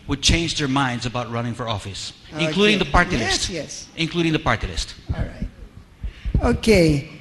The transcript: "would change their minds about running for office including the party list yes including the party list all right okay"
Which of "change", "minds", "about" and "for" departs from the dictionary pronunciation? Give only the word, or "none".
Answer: none